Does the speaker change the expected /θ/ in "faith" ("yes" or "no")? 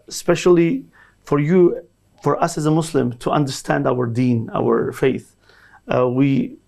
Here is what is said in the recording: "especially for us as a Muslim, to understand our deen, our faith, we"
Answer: no